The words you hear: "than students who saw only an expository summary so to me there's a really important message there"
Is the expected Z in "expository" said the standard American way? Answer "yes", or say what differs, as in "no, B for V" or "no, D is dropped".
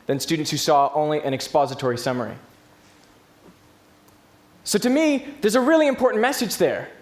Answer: yes